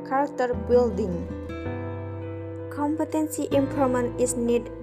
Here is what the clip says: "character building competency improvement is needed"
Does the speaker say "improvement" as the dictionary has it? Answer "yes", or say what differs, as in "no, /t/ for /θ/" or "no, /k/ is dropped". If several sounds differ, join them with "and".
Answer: no, /ɹ/ is dropped and /t/ is dropped